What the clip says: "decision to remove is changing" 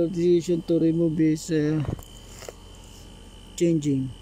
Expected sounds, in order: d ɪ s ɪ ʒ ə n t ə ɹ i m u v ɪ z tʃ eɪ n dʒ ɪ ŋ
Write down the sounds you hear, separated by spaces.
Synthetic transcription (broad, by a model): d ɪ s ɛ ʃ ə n t ə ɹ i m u b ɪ s tʃ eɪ n dʒ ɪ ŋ